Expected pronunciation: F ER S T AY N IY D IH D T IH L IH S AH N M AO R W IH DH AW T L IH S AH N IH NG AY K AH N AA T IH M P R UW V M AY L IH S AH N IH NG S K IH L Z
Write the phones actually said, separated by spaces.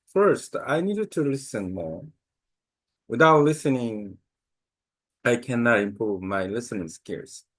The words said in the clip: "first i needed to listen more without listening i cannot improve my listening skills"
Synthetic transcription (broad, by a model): F ER S T AY N IY D IH D T IH L IH S AH N M AO R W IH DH AW T L IH S AH N IH NG AY K AH N AA T IH M P R UW V M AY L IH S AH N IH NG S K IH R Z